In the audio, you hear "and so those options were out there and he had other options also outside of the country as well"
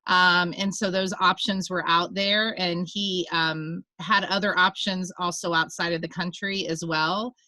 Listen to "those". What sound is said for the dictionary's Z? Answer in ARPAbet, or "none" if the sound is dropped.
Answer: Z